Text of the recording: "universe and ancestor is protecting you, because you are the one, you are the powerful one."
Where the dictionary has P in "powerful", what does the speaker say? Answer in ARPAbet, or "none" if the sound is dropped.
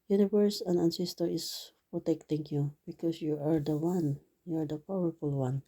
P